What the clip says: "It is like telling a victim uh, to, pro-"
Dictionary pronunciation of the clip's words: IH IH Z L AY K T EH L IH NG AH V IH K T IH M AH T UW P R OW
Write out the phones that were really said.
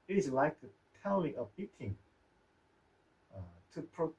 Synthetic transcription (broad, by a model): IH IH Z L AY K T EH L IH NG AH B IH T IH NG AH T UW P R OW